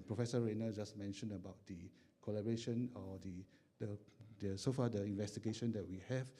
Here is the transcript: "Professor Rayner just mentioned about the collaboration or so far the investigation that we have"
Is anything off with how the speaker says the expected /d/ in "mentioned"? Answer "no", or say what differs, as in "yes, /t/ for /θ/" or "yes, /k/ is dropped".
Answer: yes, /d/ is dropped